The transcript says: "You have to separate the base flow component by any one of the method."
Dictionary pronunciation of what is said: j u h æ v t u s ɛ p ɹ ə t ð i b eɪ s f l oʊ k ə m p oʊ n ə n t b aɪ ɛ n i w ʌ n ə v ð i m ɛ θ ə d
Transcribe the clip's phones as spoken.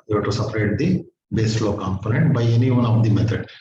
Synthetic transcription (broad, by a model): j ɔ t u s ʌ p ɹ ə t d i b eɪ s l oʊ k ə m p oʊ n ə n t b aɪ ɛ n i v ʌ n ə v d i m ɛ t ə d